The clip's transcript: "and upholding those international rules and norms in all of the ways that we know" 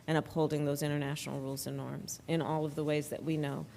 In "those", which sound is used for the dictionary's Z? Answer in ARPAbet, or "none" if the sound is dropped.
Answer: Z